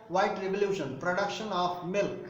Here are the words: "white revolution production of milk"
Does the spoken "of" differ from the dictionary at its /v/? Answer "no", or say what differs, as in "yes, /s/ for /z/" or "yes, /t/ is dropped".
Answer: yes, /p/ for /v/